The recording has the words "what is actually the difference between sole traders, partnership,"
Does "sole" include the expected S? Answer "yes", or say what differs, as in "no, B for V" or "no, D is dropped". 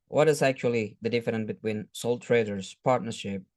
yes